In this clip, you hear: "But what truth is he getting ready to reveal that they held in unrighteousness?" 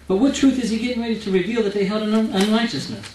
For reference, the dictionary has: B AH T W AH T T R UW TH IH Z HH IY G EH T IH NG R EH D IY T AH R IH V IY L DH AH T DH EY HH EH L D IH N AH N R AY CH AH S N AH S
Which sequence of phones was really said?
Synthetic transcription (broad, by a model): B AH T W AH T T R UW TH IH Z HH IY G EH T IH NG R EH D IY T AH R IH V IY L DH AH T DH EY HH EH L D IH N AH N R AY CH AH S N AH S